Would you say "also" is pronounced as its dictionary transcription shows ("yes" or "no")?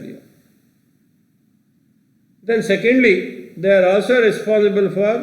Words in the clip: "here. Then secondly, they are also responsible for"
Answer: yes